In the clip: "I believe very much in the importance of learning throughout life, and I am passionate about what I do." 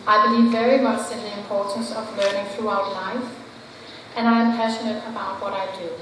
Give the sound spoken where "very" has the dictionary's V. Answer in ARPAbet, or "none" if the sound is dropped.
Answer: V